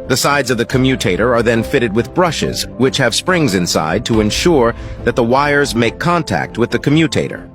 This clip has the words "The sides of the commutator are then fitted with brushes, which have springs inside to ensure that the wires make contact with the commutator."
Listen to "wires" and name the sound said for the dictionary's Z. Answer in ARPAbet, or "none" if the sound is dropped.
Z